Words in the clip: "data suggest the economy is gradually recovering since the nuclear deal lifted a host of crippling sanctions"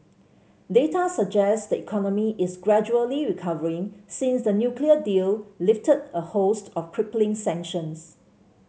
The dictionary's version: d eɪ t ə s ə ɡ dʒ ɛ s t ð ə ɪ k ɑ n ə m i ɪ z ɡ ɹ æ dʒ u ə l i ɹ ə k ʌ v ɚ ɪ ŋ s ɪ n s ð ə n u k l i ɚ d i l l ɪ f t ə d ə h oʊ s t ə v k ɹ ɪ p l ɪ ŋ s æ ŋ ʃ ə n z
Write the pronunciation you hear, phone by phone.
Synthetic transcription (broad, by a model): d eɪ t ə s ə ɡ dʒ ɛ s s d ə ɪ k ɑ n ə m i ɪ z ɡ ɹ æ dʒ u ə l i ɹ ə k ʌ v ɚ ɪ ŋ s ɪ n s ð ə n u k l i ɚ d i l l ɪ f t ə d ə h oʊ s t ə f k ɹ ɪ p l ɪ ŋ s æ ŋ ʃ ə n s